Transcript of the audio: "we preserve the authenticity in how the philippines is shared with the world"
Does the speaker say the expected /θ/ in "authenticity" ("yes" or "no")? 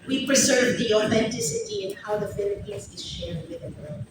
yes